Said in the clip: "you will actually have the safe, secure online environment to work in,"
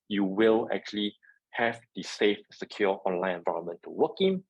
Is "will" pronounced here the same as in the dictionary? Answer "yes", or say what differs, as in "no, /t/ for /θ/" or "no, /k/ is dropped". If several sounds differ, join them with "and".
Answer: yes